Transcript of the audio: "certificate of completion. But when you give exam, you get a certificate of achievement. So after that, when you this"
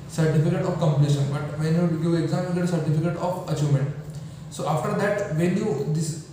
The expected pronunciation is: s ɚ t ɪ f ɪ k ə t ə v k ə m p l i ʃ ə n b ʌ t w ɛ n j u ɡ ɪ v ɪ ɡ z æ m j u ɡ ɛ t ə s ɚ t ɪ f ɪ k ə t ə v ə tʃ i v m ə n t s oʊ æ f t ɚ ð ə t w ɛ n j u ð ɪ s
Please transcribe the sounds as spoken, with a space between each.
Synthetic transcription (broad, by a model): s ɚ t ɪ f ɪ k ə t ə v k ə m p l i ʃ ə n b ʌ t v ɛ n j u ɡ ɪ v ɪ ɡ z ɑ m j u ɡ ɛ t s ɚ t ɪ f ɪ k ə t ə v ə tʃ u m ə n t s oʊ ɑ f t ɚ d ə t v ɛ n j u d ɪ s